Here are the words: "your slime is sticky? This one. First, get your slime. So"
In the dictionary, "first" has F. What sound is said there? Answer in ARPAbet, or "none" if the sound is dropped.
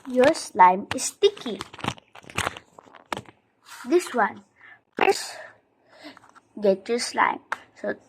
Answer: P